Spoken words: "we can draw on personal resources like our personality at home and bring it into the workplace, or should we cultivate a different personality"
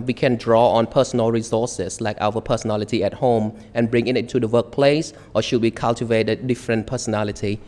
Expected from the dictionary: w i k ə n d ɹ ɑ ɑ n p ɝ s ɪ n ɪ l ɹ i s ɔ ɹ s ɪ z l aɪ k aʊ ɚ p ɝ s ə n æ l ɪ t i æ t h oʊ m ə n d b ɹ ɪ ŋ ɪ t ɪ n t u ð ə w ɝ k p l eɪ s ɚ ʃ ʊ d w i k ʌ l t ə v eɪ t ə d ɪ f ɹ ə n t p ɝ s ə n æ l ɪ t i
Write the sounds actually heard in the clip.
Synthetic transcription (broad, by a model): w i k ə n d ɹ ɑ ɑ n p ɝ s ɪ n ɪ l ɹ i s ɔ s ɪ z l aɪ k aʊ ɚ p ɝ s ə n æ l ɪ t i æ t h oʊ m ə n b ɹ ɪ ŋ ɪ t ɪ t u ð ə w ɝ k p l eɪ s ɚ ʃ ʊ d w i k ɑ l t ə v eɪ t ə d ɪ f ɹ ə n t p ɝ s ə n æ l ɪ t i